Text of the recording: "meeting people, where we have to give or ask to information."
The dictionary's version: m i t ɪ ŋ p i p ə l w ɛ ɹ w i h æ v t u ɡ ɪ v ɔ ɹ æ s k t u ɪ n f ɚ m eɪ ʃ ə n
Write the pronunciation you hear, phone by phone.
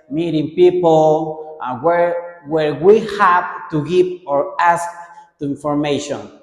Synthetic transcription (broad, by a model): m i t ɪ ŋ p i p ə w w ɛ ɹ w i h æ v t u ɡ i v ɔ ɹ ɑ s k t u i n f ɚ m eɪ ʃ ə n